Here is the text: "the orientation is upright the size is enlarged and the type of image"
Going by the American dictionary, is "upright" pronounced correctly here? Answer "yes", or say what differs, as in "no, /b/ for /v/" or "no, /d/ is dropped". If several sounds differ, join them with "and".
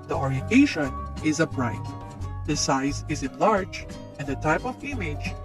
no, /b/ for /p/